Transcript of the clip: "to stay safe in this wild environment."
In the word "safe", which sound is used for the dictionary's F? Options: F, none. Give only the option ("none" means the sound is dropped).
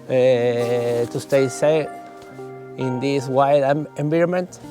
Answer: none